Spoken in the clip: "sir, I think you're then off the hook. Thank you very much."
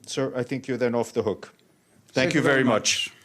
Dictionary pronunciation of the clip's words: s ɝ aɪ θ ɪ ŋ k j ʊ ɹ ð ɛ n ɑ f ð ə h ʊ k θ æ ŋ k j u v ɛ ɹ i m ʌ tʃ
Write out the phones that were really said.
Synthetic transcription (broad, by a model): s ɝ aɪ θ ɪ ŋ k j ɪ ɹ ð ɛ n ɑ f ð ə h ʊ k θ æ ŋ k j u v ɛ ɹ i m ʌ tʃ